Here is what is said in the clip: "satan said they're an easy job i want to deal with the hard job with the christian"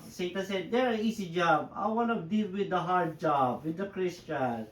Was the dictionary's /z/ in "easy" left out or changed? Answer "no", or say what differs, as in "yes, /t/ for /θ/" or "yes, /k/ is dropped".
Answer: yes, /s/ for /z/